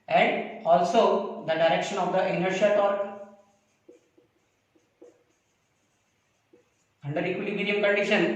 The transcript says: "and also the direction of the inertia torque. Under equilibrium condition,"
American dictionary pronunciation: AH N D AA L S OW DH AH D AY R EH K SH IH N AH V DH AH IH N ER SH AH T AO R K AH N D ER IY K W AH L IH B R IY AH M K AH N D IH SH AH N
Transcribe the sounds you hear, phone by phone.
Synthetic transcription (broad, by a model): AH N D AA L S OW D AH D AY R EH K SH IH N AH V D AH IH N ER SH AH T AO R AH N D ER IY K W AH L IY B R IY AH M K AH N D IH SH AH N